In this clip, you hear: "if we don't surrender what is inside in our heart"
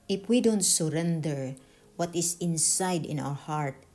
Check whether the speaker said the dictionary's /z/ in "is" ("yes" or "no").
no